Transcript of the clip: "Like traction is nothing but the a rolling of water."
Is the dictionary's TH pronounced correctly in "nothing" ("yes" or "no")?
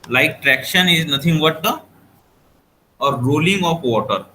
no